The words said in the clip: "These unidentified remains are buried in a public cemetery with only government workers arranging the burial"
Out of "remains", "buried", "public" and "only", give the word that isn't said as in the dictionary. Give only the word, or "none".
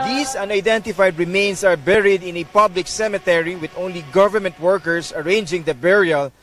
remains